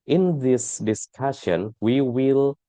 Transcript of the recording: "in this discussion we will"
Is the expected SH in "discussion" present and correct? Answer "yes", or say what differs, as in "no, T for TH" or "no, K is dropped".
yes